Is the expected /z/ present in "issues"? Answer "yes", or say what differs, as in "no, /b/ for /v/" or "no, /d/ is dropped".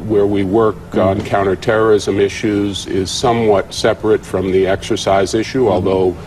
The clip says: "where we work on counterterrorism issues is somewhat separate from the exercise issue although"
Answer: yes